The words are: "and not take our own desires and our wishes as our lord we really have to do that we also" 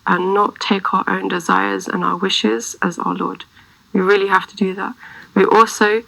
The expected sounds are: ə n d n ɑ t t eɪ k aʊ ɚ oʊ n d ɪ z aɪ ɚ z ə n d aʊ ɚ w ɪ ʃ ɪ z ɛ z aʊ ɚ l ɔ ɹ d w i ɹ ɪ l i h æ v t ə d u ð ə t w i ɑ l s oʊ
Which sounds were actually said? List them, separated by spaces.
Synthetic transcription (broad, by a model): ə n n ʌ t t eɪ k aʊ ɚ oʊ n d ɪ z aɪ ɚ z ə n aʊ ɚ w ɪ ʃ ɪ z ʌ z aʊ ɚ l ɔ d w i ɹ ɪ l i h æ f t ə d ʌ ð ə t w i ɑ l s oʊ